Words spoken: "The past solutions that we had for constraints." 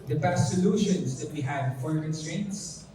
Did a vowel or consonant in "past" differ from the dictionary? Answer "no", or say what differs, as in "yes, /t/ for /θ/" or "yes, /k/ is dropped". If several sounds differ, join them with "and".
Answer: yes, /s/ is dropped